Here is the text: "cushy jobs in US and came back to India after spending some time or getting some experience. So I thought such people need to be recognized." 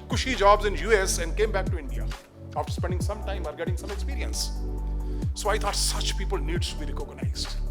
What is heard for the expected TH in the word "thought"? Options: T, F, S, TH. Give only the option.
T